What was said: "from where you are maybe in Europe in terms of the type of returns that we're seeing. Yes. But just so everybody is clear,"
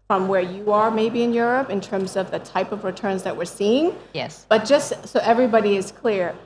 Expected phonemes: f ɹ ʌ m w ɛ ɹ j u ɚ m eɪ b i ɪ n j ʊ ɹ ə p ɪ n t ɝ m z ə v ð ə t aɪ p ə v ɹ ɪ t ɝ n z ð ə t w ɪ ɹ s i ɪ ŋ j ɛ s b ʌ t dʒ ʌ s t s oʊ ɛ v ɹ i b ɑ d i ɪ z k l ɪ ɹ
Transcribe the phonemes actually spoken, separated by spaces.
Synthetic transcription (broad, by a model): f ɹ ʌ m w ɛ ɹ j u ɚ m eɪ b i ɪ n j ʊ ɹ ə p ɪ n t ɝ m z ə v ð ə t aɪ p ə v ɹ ɪ t ɝ n z ð ə t w ɪ ɹ s i ɪ ŋ j ɛ s b ʌ t dʒ ʌ s t s oʊ ɛ v ɹ i b ɑ d i ɪ z k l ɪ ɹ